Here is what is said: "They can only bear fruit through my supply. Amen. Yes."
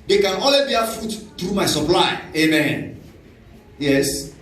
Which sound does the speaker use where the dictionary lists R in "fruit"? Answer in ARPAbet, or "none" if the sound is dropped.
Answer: none